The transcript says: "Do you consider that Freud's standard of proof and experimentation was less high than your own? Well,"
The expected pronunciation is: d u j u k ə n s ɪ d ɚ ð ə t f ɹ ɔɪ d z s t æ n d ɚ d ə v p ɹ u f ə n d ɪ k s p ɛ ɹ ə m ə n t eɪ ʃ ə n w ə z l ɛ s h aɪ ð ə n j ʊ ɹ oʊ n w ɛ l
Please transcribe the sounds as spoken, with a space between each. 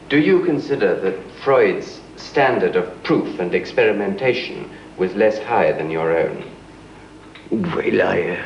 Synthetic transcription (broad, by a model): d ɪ j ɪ k ə n s ɪ d ɚ ð ə t f ɹ ɔɪ d z s t æ n d ɚ d ə v p ɹ u f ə n ɪ k s p ɛ ɹ ə m ə n t eɪ ʃ ə n w ə z l ɛ s h aɪ ð ə n j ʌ ɹ oʊ n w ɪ l